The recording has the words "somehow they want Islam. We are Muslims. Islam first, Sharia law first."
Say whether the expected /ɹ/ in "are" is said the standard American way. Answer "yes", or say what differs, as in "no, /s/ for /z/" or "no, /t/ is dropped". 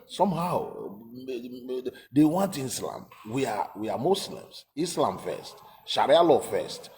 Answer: no, /w/ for /ɹ/